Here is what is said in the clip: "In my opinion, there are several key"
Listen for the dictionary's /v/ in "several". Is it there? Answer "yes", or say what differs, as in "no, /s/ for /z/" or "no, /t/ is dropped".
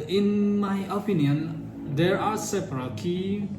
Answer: no, /p/ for /v/